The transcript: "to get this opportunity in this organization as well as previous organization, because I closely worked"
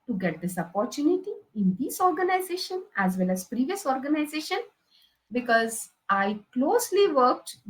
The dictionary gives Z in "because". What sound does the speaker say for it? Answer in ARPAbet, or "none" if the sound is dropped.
Z